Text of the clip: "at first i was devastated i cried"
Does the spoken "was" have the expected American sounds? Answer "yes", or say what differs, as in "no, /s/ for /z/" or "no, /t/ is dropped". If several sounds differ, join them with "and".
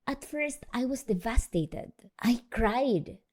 no, /s/ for /z/